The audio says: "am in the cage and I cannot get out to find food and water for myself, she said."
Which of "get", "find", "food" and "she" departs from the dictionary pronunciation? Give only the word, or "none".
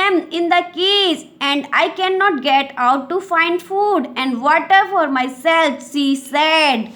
she